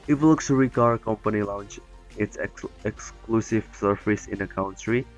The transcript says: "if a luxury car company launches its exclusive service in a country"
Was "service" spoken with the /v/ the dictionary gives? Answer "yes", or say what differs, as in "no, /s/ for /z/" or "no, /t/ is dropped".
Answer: no, /f/ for /v/